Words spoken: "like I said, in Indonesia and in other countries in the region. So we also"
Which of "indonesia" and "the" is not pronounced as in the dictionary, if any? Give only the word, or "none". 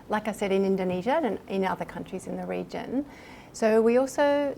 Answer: none